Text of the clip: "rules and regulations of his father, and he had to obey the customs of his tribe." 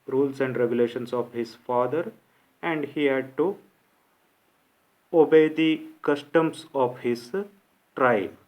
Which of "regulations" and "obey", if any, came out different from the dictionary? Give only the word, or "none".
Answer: regulations